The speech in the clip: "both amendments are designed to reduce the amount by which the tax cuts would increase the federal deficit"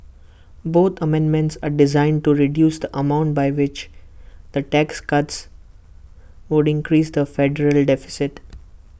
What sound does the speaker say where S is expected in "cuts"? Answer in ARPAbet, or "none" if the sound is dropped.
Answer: S